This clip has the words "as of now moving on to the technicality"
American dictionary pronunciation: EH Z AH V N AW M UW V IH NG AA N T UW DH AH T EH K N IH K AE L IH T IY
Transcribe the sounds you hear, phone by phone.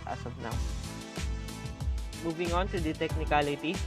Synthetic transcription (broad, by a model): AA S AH B N AW M UW V IH NG AA N T UW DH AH T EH K N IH K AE L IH T IY